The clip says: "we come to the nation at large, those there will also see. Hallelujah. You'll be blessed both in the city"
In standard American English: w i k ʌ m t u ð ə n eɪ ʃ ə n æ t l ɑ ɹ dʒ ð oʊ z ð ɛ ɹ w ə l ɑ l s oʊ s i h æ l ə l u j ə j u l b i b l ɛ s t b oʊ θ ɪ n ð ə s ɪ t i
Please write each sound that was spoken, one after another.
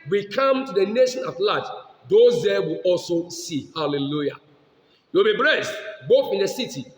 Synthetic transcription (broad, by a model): w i k ʌ m t u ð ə n eɪ ʃ ə n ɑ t l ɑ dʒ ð oʊ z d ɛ w ə l ɑ l s oʊ s i h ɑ l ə l u j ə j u w b i b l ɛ s t b oʊ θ ɪ n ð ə s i t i